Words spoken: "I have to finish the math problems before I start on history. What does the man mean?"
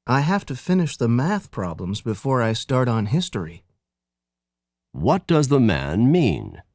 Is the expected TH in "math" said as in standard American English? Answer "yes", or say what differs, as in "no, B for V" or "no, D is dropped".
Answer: yes